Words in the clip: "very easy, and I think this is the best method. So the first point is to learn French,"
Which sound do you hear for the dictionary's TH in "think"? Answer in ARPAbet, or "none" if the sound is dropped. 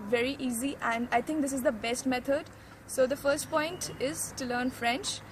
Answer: T